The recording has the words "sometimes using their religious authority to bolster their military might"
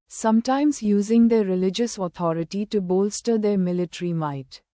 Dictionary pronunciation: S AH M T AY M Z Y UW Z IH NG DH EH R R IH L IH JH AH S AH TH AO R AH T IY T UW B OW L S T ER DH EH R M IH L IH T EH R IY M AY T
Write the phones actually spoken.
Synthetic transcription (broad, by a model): S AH M T AY M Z Y UW Z IH NG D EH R R IH L IH JH AH S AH T AO R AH T IY T UW B OW L S T ER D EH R M IH L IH T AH R IY M AY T